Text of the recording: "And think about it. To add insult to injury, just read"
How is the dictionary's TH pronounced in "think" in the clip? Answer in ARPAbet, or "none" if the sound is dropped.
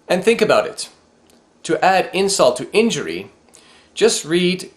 TH